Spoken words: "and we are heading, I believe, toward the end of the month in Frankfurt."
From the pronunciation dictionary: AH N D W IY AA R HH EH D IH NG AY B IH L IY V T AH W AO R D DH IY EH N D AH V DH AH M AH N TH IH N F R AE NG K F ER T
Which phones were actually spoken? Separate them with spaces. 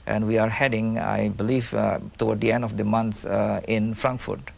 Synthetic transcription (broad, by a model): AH N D W IY AA R HH EH D IH NG AY B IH L IY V T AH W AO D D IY EH N D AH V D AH M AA N S IH N F R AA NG K F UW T